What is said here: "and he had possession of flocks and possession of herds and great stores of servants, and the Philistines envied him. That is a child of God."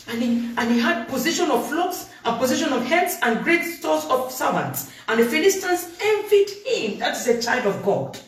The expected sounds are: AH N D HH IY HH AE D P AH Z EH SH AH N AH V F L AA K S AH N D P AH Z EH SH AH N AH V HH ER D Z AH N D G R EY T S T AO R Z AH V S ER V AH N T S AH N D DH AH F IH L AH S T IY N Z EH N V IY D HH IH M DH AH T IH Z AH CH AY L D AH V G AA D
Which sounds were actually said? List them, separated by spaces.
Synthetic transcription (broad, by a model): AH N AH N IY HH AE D P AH Z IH SH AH N AH V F L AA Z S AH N P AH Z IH SH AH N AH V HH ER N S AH N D G R EY T S T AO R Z AH V S ER V AH N T S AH N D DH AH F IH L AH S T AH N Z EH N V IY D HH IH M DH AH T IH Z AH CH AY L D AH V G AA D